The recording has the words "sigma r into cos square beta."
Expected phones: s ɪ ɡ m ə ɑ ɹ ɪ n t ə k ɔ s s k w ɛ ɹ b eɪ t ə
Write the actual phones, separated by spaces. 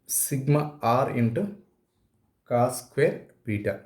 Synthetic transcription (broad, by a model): s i ɡ m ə ɑ ɹ ɪ n t ə k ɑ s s k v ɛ ɹ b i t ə